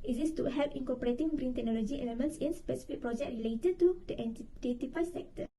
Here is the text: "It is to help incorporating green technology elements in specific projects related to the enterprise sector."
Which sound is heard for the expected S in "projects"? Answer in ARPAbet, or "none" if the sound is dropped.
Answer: none